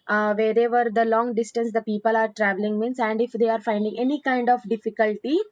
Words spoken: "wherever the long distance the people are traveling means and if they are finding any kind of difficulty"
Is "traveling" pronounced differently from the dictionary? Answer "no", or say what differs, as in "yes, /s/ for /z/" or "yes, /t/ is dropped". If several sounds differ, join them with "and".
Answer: no